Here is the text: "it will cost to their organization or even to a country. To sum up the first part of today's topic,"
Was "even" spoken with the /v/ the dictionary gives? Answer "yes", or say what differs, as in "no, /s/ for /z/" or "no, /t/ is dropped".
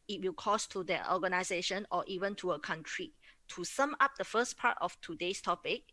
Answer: yes